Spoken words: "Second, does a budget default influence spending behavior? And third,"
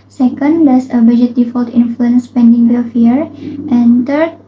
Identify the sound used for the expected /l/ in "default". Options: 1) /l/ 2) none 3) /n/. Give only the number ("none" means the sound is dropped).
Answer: 1